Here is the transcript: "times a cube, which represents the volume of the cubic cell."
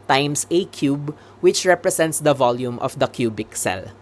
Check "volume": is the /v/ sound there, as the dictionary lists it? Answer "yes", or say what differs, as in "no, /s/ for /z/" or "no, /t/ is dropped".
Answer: yes